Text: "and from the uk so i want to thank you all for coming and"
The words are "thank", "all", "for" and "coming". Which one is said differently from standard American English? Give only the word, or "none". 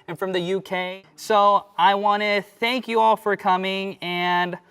none